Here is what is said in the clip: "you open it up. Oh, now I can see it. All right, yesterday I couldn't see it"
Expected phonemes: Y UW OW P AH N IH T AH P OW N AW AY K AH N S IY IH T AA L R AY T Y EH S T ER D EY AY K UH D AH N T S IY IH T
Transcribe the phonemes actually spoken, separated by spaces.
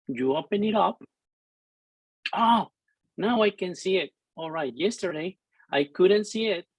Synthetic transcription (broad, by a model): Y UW OW P AH N IH T AH P OW N AW AY K AH N S IY IH T AA L R AY T Y EH S T ER D EY AY K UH D N T S IY IH T